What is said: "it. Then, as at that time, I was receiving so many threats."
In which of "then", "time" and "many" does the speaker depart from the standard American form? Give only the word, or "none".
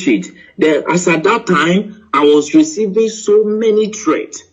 then